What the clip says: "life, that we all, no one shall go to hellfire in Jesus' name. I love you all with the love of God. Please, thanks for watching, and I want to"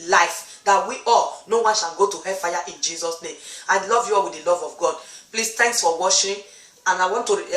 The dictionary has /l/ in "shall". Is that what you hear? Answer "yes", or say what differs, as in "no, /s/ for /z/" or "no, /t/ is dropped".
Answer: no, /n/ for /l/